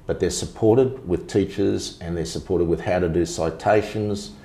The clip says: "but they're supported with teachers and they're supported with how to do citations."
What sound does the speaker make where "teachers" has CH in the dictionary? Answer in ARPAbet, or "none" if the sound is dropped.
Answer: CH